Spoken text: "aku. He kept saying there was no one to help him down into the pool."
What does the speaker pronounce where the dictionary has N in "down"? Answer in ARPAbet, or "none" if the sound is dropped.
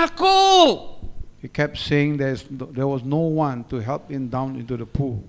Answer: N